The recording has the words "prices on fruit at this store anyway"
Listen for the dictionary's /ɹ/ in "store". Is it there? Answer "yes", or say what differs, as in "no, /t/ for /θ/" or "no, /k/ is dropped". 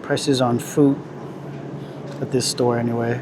yes